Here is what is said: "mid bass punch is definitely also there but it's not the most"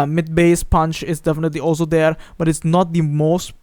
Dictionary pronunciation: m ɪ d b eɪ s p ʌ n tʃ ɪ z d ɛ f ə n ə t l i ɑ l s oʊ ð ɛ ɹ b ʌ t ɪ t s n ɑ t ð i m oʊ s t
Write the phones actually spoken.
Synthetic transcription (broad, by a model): m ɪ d b eɪ s p ʌ n tʃ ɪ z d ɛ f ə n ə t l i ɑ l s oʊ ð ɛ ɹ b ʌ t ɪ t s n ɑ t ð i m oʊ s t